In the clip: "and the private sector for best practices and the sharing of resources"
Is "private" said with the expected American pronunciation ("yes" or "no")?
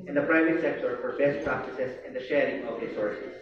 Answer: yes